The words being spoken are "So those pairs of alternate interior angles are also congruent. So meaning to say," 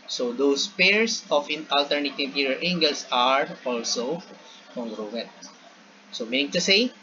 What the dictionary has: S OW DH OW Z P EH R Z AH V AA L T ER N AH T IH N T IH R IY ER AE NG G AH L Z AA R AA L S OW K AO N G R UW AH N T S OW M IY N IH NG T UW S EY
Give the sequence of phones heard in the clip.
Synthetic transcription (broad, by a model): S OW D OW S P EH R S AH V AA L T ER N AH T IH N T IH R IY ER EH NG G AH L S AA R AA L S OW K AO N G R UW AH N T S OW M IY N IH NG T UW S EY